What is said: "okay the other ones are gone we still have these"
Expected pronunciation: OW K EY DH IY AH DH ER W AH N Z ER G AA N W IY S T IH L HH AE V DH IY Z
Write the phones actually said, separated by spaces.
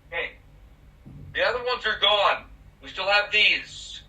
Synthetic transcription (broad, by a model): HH EY DH IY AH DH ER W AH N Z ER G AA N W IY S T IH L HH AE V DH IY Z